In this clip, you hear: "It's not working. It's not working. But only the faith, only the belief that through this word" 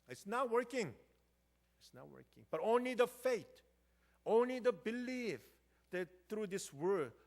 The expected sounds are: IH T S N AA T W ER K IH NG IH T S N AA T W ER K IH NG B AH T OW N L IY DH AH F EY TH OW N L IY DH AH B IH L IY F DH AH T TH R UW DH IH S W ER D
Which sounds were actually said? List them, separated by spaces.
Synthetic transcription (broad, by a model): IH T S N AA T W ER K IH NG IH T S N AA W ER K IH NG B AH T OW N L IY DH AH F EY T OW N L IY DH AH B IH L IY F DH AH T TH R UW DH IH S W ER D